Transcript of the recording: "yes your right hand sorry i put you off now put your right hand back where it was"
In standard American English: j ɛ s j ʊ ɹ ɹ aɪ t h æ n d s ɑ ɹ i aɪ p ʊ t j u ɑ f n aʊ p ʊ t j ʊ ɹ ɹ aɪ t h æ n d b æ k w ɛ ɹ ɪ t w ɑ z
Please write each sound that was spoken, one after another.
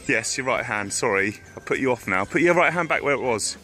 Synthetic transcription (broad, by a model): j ɛ s j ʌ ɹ ɹ aɪ t h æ n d s ɑ ɹ i aɪ p ʊ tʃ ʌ ɑ f n aʊ p ʊ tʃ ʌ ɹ ɹ aɪ t h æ n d b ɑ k w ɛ ɹ ɪ t w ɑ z